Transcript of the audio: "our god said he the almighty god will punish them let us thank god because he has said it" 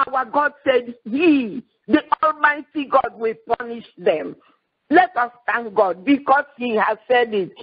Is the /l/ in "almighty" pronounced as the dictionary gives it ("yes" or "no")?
yes